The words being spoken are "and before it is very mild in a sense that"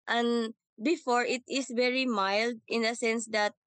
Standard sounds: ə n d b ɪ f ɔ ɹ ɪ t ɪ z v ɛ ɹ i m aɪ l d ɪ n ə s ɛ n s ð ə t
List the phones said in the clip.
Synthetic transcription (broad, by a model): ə n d b ɪ f ɔ ɹ ɪ t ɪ s v ɛ ɹ i m aɪ l d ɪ n ə s ɛ n s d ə t